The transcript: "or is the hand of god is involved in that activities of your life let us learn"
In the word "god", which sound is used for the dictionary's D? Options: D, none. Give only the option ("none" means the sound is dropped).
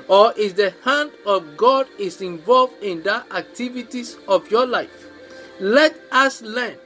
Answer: D